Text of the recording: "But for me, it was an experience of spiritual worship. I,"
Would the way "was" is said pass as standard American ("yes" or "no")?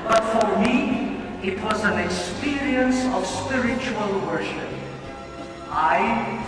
yes